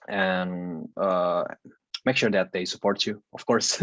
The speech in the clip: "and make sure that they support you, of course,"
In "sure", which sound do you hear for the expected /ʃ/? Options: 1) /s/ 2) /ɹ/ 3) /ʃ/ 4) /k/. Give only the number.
3